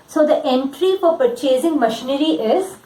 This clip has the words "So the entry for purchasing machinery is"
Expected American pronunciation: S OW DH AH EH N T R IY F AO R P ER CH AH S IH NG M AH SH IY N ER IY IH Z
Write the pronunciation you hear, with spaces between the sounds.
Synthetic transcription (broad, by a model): S OW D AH EH N T R IY F AO R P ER CH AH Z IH NG M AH SH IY N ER IY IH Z